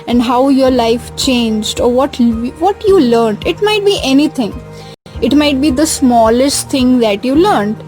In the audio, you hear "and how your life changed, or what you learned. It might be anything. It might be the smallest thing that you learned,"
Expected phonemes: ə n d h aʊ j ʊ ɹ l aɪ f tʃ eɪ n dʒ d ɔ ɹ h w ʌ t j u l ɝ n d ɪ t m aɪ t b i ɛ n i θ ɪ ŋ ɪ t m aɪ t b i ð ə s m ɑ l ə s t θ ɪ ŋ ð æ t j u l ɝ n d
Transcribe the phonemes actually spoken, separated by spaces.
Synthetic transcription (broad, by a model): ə n d h aʊ j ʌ ɹ l aɪ f tʃ eɪ n dʒ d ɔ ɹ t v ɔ t j u l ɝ n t ɪ t m aɪ t b i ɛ n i t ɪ ŋ ɪ t m aɪ t b i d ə s m ɑ l ə s t t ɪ ŋ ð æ t j u l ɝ n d